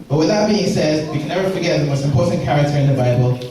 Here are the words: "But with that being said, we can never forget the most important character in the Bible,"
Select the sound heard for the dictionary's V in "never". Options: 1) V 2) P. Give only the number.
1